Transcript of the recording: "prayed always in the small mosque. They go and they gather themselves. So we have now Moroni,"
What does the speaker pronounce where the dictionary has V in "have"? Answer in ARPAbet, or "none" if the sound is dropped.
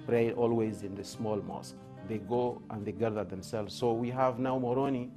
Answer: V